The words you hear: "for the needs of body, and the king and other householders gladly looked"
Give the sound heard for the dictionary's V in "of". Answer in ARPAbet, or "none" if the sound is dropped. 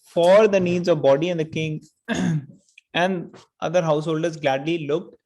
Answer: V